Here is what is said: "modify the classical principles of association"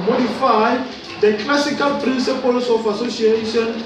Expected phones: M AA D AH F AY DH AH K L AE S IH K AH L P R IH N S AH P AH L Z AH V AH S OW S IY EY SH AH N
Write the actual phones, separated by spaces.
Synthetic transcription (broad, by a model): M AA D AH F AY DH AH K L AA S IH K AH L P R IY N S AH P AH L S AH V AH S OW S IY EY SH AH N